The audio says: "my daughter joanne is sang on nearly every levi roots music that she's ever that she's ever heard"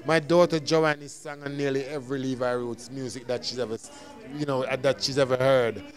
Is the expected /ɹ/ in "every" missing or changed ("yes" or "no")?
no